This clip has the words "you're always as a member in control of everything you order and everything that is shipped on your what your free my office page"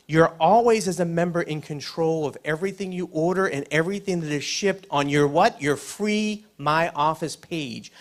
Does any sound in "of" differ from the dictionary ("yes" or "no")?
no